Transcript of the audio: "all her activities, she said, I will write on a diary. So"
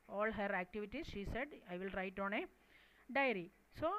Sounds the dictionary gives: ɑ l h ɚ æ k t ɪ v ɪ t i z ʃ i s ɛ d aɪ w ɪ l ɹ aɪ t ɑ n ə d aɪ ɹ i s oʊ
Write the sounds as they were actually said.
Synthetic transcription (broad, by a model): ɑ l h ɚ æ k t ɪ v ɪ t i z ʃ i s ɛ d aɪ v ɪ l ɹ aɪ t ɑ n ə d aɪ ɹ i s oʊ